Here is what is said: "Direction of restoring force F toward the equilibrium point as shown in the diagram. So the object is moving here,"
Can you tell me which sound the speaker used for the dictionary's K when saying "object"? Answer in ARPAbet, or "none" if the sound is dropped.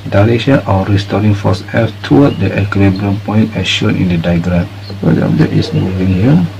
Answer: none